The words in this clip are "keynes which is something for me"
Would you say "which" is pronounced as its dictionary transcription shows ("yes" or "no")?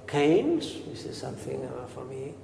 no